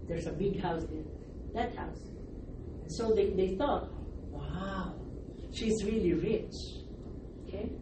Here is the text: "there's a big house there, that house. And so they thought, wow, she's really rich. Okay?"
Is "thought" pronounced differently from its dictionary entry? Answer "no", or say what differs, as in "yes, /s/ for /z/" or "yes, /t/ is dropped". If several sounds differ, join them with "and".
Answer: no